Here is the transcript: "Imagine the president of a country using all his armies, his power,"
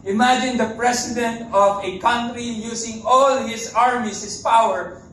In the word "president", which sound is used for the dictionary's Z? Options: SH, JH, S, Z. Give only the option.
S